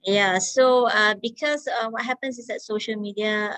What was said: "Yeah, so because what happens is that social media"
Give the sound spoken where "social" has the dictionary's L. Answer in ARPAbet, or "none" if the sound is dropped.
L